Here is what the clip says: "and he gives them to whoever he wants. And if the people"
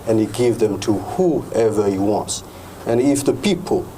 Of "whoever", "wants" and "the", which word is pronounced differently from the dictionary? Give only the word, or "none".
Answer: none